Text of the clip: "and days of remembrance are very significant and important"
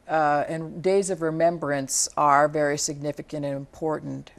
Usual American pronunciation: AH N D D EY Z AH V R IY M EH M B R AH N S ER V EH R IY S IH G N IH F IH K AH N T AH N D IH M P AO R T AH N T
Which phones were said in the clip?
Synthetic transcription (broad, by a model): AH N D D EY Z AH V R IY M EH M B R AH N S ER V EH R IY S IH G N IH F IH K AH N T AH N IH M P AO R T N T